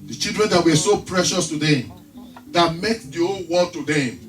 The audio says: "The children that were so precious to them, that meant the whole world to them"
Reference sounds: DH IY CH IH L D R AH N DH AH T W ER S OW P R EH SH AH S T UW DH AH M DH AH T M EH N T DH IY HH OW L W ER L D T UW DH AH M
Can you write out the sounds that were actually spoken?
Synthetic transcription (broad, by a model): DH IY CH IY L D R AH N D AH T W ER S OW P R EH SH AH S T UW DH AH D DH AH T M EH T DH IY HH OW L W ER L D T UW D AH